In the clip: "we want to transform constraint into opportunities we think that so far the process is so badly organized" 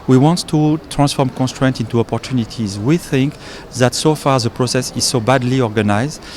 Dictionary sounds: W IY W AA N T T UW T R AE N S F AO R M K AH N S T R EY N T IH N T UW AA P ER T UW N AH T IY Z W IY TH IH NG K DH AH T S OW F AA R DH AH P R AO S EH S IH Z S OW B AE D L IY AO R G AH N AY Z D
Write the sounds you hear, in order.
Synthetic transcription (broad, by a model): W IY W AA N T T UW T R AE N S F AO R M K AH N S T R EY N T IH N T UW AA P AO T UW N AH T IY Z W IY TH IH NG K DH AH T S OW F AA R DH AH P R AO S EH S IH Z S OW B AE D L IY AO R G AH N AY Z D